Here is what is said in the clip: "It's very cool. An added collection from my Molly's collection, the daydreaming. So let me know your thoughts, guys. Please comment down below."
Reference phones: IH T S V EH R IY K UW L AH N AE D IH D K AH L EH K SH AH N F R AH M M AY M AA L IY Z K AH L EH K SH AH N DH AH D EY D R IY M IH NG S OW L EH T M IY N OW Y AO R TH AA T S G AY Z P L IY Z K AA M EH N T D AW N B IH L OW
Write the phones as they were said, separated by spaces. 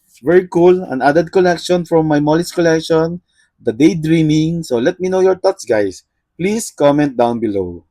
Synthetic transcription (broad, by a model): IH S V EH R IY K UW L AH N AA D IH D K AH L EH K SH AH N F R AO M M AY M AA L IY S K AH L EH K SH AH N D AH D EY D R IY M IH NG S OW L EH T M IY N OW Y AO R T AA T S G AY S P L IY S K AA M EH N T D AW N B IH L OW